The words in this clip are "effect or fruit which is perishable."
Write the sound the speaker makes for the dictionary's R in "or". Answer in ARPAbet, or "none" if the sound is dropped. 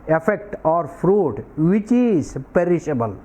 R